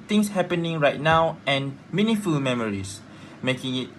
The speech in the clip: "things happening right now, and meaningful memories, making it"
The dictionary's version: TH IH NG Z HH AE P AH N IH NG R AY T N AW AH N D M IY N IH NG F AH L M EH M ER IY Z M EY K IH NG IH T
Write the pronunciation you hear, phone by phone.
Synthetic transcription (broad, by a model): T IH NG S HH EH P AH N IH NG R AY T N AW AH N M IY N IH F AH L M EH M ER IY S M EY K IH NG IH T